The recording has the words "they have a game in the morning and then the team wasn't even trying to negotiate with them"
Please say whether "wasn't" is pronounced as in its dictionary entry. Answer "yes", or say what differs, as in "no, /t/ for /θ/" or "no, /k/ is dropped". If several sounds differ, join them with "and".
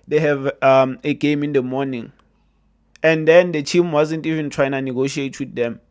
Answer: yes